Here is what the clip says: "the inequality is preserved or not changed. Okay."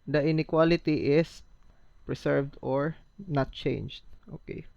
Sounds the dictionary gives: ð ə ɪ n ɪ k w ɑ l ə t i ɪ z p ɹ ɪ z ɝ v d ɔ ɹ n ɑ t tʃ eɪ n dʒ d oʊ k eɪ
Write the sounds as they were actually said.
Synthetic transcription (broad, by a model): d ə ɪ n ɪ k w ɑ l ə t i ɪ s p ɹ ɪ s ɝ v d ɔ ɹ n ɑ t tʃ eɪ n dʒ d oʊ k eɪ